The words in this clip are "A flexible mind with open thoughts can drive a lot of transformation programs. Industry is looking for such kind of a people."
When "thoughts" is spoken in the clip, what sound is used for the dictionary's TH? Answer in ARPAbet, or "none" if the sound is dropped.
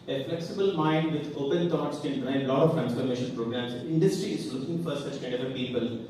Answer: T